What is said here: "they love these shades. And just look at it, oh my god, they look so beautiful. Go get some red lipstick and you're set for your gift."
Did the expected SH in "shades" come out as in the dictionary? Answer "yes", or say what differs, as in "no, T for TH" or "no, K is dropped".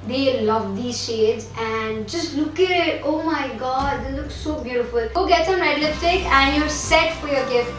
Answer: yes